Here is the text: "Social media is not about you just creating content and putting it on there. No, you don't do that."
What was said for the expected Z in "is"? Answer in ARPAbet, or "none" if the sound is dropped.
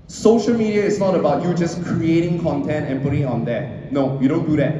S